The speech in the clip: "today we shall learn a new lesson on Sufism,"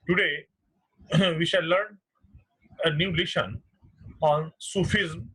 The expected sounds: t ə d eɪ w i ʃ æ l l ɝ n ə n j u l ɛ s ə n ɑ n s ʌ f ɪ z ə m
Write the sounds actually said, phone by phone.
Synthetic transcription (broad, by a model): t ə d eɪ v i ʃ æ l l ɝ n ə n j u l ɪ ʃ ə n ɑ n s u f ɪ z m